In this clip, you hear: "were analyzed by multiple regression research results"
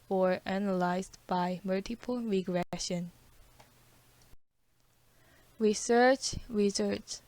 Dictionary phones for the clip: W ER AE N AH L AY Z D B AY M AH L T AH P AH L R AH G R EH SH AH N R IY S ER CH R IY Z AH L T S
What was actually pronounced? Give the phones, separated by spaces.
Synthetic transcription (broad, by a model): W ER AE N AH L AY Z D B AY M AH L T AH P AH L R AH G R EH SH AH N R IY S ER CH R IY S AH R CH